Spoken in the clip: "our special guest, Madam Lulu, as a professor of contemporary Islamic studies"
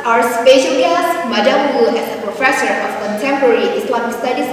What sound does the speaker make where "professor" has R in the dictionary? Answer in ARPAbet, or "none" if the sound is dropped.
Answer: R